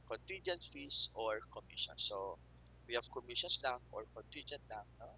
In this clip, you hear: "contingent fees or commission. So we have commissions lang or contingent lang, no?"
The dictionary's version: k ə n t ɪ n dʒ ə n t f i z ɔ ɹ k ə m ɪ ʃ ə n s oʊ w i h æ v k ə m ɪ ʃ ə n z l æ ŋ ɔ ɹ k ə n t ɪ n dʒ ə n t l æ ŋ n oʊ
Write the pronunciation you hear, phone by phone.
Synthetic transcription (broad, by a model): k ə n t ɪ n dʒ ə n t f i s ɔ ɹ k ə m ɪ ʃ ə n s oʊ w i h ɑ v k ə m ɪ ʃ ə n s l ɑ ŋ ɔ ɹ k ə n t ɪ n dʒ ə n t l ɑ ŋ n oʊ